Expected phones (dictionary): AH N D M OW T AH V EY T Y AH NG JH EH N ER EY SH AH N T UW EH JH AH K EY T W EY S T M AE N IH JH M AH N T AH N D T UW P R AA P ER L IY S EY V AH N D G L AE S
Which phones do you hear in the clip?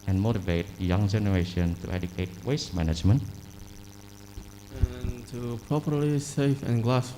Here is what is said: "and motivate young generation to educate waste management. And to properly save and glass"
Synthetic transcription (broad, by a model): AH N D M OW T AH V EY T Y AH NG JH EH N ER EY SH AH N T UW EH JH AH K EY T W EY S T M AE N IH JH M AH N T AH N T UW P R AA P ER L IY S EY F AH N G L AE S